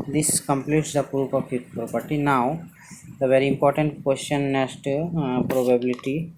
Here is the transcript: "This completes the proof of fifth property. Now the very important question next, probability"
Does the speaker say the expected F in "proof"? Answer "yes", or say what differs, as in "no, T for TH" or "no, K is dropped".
no, P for F